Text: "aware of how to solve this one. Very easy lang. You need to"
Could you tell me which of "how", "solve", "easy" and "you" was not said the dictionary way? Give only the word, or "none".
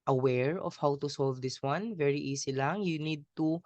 easy